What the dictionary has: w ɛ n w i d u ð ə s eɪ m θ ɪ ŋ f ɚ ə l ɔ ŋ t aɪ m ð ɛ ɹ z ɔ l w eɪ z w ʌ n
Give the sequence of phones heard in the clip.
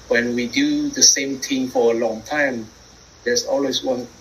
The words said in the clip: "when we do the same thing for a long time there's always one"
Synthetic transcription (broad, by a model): w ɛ n w i d u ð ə s eɪ m t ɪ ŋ f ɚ ə l ɔ ŋ t aɪ m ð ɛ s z ɔ l w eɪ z w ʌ n